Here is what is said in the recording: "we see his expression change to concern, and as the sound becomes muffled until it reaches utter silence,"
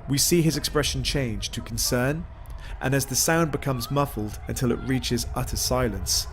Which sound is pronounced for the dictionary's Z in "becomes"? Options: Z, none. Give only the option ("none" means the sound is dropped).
Z